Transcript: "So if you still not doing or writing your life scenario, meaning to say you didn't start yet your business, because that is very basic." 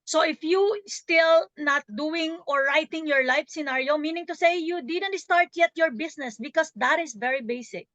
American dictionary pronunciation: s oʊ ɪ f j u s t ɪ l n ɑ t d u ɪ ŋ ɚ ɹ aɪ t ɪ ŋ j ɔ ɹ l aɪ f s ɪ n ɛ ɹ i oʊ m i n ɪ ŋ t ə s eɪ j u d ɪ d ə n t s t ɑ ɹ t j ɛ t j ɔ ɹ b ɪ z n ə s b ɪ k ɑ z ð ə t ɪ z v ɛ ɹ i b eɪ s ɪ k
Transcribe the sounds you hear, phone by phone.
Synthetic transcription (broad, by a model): s oʊ ɪ f j u s t ɪ l n ɑ t d u ɪ ŋ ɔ ɹ aɪ t ɪ ŋ j ɔ ɹ l aɪ f s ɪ n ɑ ɹ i oʊ m i n ɪ ŋ t ə s eɪ j u d ɪ d ə n t s t ɑ ɹ t j ɛ t j ɔ ɹ b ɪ s n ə s b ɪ k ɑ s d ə t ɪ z v ɛ ɹ i b eɪ s ɪ k